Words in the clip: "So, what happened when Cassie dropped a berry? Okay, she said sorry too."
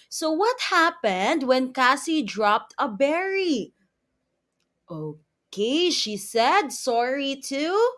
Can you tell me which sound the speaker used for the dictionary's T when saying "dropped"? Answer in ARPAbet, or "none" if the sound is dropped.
T